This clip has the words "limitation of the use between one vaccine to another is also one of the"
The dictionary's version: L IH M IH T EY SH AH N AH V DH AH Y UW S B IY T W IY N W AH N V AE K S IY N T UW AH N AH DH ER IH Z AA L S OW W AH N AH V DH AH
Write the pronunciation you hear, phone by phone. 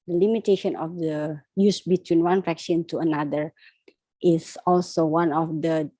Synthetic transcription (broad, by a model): L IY M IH T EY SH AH N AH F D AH Y UW S B IY T W IY N W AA N F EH K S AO N T UW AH N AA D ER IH S AA L S OW W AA N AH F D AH